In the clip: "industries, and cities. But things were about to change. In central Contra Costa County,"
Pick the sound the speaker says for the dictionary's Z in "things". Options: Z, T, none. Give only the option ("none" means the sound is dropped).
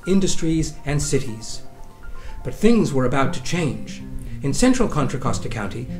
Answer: Z